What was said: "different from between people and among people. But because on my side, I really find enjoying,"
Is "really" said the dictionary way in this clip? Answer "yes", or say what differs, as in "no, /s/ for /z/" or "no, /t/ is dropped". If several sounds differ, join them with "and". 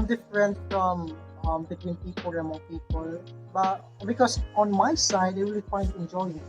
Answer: no, /w/ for /ɹ/